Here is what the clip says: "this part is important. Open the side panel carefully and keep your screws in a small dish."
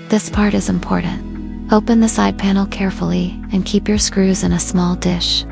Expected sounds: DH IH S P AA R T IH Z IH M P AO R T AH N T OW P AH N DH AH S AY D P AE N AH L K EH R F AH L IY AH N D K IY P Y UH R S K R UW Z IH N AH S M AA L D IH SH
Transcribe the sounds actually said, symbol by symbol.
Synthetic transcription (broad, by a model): DH IH S P AA R T IH Z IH M P AO R T N T OW P AH N DH AH S AY D P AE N L K EH R F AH L IY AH N K IY P Y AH R S K R UW Z IH N AH S M AA L D IH SH